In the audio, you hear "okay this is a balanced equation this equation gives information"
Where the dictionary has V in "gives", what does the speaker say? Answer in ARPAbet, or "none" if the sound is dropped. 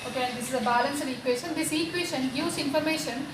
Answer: none